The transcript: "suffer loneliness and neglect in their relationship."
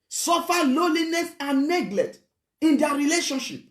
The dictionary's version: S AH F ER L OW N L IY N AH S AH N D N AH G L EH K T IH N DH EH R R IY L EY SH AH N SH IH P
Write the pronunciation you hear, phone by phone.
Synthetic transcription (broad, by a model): S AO F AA L OW L IY N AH S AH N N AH G L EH T IH N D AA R R IY L EY SH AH N SH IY P